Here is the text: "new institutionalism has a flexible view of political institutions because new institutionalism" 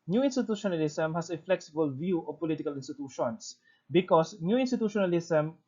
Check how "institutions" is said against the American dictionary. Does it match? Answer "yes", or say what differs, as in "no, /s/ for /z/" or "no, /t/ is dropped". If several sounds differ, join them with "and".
no, /s/ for /z/